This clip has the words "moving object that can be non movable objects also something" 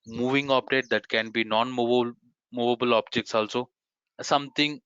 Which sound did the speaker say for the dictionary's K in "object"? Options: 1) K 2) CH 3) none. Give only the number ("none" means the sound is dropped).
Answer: 3